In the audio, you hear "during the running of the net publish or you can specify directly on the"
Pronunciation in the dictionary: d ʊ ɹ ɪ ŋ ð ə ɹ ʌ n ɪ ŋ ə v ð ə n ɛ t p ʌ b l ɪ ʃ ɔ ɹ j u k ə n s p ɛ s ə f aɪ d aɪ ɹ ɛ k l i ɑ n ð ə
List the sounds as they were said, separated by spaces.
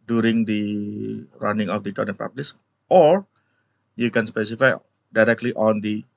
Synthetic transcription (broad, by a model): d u ɹ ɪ ŋ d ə ɹ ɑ n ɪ ŋ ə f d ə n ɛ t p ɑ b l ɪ s ɔ ɹ j u k ə n s p ɛ s ə f aɪ d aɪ ɹ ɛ k l i ɑ n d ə